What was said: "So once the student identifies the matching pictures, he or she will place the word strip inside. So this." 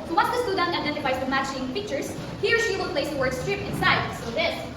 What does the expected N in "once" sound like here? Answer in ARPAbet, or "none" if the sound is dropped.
none